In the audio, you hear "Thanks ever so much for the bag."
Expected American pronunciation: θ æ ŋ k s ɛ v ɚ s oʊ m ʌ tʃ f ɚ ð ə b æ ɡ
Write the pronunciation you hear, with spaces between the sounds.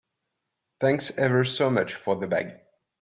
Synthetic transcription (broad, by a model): θ æ ŋ k s ɛ v ɚ s oʊ m ʌ tʃ f ɚ ð ə b æ ɡ